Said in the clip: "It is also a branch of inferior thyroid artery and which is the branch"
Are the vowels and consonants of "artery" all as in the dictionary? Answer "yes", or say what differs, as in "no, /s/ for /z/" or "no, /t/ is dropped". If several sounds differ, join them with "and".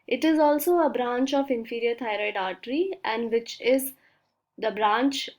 yes